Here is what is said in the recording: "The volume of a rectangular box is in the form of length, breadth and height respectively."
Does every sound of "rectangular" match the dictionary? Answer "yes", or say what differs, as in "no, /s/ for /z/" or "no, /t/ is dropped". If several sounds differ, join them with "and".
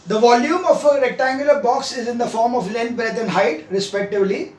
yes